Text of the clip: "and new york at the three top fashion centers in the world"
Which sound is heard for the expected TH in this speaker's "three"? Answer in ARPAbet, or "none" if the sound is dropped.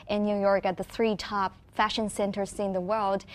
TH